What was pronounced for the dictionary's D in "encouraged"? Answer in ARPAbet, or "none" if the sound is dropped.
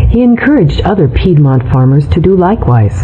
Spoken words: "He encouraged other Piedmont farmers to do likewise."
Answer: D